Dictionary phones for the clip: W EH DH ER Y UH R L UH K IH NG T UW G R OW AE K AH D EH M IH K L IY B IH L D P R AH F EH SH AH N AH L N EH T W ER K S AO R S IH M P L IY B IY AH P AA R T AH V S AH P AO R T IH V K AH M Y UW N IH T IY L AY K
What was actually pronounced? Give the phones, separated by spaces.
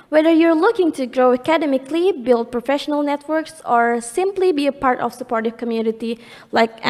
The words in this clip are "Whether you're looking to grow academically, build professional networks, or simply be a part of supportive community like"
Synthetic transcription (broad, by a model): W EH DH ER Y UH R L UH K IH NG T UW G R OW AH K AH D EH M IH K L IY B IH L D P R AH F EH SH AH N AH L N EH T W ER K S AO R S IH M P L IY B IY AH P AA R T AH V S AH P AO R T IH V K AH M Y UW N IH T IY L AY K